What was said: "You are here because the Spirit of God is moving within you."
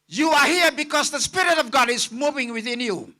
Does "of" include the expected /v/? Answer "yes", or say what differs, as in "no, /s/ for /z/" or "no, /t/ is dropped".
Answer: yes